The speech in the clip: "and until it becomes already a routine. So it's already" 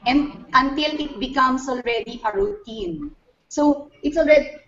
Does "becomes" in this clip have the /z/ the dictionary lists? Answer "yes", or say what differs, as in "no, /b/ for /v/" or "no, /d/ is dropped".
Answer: no, /s/ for /z/